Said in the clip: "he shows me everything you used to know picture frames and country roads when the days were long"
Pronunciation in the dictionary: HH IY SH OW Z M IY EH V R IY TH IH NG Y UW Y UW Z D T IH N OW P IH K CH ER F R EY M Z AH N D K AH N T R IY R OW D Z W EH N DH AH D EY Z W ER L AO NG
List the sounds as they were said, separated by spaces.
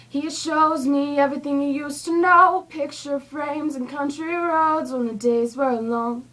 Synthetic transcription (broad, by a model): HH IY SH OW Z M IY EH V R IY TH IH NG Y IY Y UW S T IH N OW P IH K CH ER F R EY M Z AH N K AH N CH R IY R OW D Z N DH AH D EY Z W ER L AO NG